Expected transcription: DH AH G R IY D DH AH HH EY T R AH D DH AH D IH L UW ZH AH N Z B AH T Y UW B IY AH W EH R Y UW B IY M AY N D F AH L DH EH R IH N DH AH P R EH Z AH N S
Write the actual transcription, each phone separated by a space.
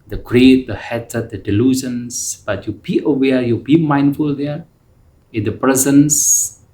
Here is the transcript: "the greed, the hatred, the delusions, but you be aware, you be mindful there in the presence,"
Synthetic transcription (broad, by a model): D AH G R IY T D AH HH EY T AH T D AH D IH L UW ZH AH N S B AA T Y UW B IY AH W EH Y UW B IY M AY N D F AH L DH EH IH N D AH P R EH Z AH N S